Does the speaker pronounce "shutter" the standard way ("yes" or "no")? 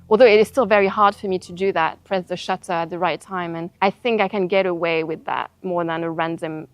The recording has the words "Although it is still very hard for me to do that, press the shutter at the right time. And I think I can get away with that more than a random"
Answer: yes